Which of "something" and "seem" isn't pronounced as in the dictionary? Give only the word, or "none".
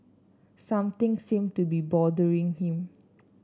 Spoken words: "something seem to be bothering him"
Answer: something